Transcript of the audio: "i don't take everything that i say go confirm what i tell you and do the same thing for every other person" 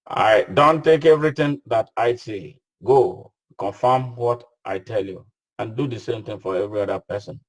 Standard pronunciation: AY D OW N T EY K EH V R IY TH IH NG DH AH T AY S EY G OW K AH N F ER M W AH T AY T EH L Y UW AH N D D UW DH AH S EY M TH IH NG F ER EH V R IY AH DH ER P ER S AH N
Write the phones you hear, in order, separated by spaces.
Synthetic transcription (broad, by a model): AY D OW N T EY K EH V R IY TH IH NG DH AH T AY S EY G OW K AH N F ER M W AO T AY T EH L Y UW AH N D D UW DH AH S EY M T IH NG F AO EH V R IY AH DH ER P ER S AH N